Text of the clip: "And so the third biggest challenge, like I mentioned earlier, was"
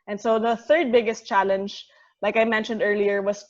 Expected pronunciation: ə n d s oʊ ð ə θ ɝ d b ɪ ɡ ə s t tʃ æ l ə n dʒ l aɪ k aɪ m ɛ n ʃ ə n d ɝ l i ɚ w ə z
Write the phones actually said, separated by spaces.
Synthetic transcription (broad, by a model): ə n s oʊ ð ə θ ɝ d b ɪ ɡ ə s t tʃ æ l ə n dʒ l aɪ k aɪ m ɛ n ʃ ə n d ɝ l i ɚ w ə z